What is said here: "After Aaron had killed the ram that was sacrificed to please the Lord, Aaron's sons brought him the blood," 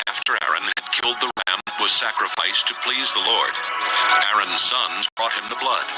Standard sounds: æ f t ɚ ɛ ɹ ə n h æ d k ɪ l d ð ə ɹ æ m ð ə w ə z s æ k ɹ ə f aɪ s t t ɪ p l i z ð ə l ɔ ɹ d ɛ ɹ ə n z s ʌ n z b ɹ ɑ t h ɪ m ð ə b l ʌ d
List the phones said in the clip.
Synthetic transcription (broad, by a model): æ f t ɚ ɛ ɹ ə n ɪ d k ɪ l d ð ə ɹ æ m w ə z s æ k ɹ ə f aɪ s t t ɪ p l i z ð ə l ɔ ɹ d ɛ ɹ ə n z s ʌ n z b ɹ ɑ t h ɪ m ð ə b l ʌ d